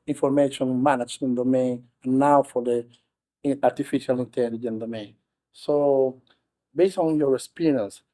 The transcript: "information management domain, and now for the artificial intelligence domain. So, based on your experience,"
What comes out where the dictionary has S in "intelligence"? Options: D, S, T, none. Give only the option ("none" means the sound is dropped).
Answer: none